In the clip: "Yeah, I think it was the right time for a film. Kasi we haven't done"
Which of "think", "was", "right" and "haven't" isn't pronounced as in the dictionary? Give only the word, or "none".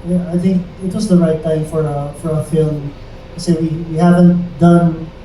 none